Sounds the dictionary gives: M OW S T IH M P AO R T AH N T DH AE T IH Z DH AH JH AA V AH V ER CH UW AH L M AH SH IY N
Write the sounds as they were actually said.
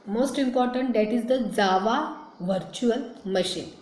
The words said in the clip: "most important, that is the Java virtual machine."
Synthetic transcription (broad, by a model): M OW S T IH M P AO R T AH N T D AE T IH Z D AH Z AA V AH V ER CH UW AH L M AH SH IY N